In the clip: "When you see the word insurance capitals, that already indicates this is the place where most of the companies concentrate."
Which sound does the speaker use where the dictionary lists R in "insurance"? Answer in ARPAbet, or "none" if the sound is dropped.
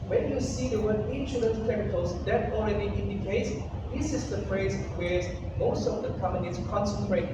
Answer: L